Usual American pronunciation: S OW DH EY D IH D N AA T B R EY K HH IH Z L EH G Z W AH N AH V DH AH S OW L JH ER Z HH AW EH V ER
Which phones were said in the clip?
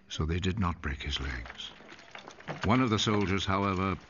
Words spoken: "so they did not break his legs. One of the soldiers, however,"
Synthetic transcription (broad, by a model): S OW DH EY D IH D N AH T B R EY K HH IH Z L EH G Z W AH N AH V DH AH S OW L JH ER Z HH AW EH V ER